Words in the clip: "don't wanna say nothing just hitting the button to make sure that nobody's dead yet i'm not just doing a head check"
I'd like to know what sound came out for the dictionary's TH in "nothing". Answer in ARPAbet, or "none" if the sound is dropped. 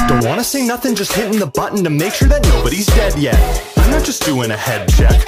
TH